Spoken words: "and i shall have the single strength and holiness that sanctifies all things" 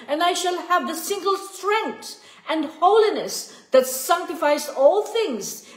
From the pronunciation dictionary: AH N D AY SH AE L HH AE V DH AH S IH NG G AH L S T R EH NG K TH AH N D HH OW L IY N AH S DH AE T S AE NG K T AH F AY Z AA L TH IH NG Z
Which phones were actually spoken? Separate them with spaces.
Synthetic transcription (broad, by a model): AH N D AY SH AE L HH AE V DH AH S IH NG G AH L S T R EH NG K T AH N D HH OW L IY N AH S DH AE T S AE NG K T AH F AY Z AA L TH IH NG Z